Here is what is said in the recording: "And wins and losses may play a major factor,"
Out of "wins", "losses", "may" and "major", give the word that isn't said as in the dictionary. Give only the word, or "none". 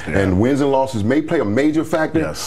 none